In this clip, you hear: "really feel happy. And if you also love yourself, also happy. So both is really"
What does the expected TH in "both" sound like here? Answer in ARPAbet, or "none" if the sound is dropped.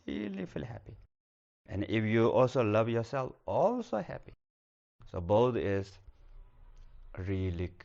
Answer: T